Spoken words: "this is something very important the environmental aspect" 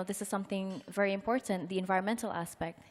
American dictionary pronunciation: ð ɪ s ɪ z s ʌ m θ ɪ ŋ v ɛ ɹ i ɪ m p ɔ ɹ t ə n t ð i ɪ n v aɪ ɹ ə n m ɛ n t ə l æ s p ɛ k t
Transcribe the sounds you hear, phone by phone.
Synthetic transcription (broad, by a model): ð ɪ s ɪ z s ʌ m θ ɪ ŋ v ɛ ɹ i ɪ m p ɔ ɹ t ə n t ð i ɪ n v aɪ ɹ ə n m ɛ n t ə l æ s p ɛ k t